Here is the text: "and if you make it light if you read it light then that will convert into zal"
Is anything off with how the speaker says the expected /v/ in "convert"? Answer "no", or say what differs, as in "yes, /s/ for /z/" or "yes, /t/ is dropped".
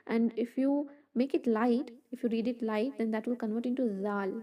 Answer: no